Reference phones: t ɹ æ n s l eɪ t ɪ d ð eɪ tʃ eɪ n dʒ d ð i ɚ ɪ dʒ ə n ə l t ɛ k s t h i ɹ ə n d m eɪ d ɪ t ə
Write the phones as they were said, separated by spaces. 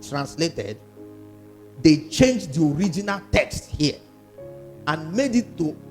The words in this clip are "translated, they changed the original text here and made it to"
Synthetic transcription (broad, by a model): t ɹ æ n s l eɪ t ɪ d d eɪ tʃ eɪ n dʒ d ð i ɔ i dʒ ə n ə l t ɛ k s t h i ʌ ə n m eɪ d ɪ t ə